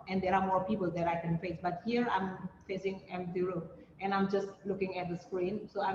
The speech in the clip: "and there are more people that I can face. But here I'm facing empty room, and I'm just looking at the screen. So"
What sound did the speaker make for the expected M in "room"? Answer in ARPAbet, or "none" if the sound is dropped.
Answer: none